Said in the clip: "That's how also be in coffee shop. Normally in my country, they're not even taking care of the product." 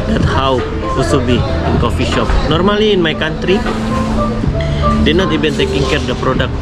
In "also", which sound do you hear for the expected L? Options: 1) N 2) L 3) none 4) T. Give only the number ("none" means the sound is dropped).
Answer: 3